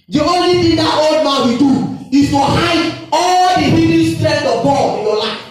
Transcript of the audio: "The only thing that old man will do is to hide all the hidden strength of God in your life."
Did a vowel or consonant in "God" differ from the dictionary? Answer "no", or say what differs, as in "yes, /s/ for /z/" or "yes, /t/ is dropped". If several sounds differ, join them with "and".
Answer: yes, /d/ is dropped